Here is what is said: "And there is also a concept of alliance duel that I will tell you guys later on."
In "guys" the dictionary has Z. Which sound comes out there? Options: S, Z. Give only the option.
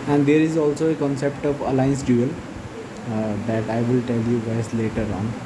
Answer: S